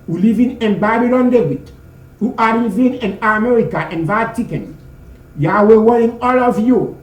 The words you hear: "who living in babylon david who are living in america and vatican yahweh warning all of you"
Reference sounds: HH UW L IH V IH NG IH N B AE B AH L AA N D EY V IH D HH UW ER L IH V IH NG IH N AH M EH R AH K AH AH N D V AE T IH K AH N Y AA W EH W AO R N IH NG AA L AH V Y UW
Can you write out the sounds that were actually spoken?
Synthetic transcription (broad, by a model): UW L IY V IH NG IH N B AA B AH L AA N D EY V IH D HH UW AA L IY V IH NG IH N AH M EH R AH K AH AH N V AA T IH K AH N Y AA W EH W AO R IH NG AA L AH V Y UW